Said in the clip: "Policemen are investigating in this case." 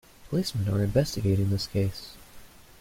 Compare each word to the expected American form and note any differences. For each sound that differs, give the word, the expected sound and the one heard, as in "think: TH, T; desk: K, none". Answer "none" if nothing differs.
none